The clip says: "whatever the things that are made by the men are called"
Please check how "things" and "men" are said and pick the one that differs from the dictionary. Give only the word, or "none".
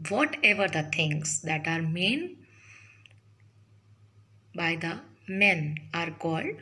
things